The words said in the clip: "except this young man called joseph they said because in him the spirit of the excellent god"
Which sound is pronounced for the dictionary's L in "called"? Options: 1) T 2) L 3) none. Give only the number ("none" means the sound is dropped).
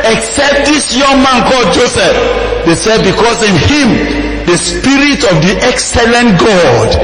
3